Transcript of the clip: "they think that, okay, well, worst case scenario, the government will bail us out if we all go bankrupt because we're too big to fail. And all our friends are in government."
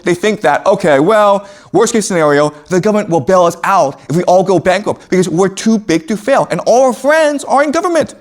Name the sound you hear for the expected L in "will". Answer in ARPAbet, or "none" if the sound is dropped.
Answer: L